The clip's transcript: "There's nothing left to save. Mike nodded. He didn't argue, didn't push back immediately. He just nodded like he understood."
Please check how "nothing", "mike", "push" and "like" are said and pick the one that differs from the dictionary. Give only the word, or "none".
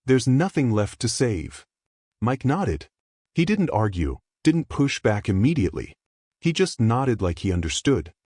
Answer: none